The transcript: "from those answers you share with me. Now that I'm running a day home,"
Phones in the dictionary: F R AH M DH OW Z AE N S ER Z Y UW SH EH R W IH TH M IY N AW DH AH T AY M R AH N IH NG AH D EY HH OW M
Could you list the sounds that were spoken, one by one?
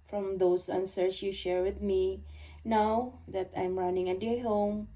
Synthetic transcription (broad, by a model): F R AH M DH OW S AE N S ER S Y UW SH EH R W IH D M IY N AW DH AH T AY M R AH N IH NG AH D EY HH OW M